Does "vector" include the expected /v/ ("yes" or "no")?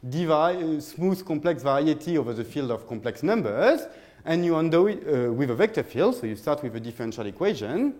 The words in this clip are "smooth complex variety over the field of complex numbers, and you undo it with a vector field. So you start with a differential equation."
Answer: yes